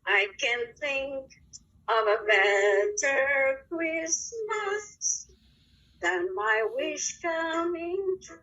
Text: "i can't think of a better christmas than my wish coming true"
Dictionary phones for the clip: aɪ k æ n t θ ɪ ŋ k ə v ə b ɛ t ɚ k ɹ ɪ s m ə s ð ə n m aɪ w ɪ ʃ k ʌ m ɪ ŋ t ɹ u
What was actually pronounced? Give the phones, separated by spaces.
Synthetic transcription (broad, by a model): aɪ k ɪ n θ ɪ ŋ k ə v ə b ɛ t ɚ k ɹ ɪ s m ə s ð ə n m aɪ w ɪ ʃ k ʌ m ɪ ŋ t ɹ